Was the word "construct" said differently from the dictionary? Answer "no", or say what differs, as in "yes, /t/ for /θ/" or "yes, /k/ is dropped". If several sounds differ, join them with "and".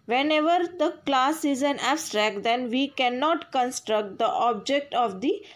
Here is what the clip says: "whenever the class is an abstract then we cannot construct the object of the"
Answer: no